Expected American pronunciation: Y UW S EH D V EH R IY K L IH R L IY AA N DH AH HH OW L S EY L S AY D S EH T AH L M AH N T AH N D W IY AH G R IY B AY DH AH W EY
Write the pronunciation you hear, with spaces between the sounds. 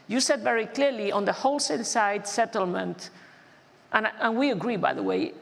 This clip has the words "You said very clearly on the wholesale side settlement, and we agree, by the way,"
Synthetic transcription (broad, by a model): Y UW S EH D V EH R IY K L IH R L IY AA N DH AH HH OW L S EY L S AY D S EH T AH L M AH N T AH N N W IY AH G R IY B AY DH AH W EY